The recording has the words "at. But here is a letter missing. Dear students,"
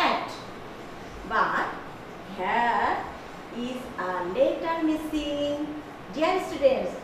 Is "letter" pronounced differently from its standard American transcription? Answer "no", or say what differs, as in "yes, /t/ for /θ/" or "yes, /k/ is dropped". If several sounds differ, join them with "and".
no